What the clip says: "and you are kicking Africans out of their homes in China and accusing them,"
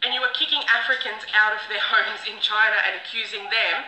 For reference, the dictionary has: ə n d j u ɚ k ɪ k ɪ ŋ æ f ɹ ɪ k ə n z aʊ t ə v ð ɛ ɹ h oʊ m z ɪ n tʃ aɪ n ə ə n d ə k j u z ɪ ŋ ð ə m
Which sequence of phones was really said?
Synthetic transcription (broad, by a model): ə n j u ɚ k ɪ k ɪ ŋ æ f ɹ ɪ k ə n z aʊ t ə v ð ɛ ɹ h oʊ m z ɪ n tʃ aɪ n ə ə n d ə k j u z ɪ ŋ ð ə m